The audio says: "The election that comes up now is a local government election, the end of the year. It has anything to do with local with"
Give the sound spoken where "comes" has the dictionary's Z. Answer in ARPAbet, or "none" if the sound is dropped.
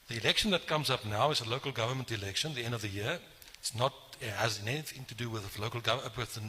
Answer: Z